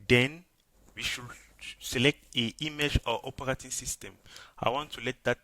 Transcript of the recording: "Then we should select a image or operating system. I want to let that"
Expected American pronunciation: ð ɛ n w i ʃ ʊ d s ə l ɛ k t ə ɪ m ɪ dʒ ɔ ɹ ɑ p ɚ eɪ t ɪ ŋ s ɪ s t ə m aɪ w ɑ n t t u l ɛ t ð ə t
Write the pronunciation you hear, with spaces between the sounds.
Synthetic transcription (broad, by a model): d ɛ n w i ʃ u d s ə l ɛ k t ə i m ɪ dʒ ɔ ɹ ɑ p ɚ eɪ t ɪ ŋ s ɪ s t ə m aɪ w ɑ n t t u l ɛ t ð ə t